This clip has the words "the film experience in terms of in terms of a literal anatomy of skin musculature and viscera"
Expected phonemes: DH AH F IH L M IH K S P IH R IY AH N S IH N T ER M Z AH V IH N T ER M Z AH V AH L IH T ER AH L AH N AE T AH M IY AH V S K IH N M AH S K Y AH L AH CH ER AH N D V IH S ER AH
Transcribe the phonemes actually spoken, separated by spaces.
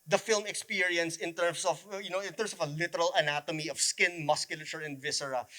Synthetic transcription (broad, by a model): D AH F IH L M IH K S P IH R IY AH N S IH N T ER M S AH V IH N T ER M S AH V AH L IH T ER AH L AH N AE T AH M IY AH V S K IH N M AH S K Y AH L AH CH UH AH N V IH S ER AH